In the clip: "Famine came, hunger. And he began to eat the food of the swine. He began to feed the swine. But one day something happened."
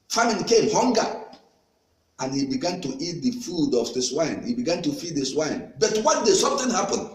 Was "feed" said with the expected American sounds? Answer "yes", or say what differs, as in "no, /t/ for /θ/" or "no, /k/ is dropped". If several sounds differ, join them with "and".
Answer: yes